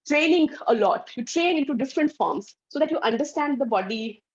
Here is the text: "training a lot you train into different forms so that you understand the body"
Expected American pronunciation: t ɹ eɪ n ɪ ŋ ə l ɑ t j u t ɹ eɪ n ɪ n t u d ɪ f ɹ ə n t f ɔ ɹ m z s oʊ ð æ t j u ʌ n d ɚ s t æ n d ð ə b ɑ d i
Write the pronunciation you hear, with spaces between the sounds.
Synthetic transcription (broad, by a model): t ɹ eɪ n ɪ ŋ ə l ɑ t j u t ɹ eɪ ɪ n t u d ɪ f ɹ ə n t f ɔ ɹ m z s oʊ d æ t j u ʌ n d ɚ s t æ n d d ə b ɑ d i